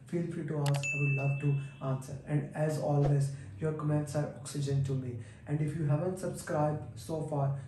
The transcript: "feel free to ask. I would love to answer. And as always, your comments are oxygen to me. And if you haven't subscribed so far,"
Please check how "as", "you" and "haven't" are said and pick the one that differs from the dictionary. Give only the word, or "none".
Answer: none